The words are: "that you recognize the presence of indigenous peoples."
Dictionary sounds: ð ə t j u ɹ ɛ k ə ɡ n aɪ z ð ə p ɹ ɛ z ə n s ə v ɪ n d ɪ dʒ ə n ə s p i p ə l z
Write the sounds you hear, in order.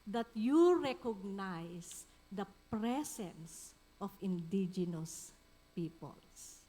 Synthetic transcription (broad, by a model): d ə t j u ɹ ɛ k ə ɡ n aɪ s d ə p ɹ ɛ s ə n s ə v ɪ n d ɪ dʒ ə n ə s p i p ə l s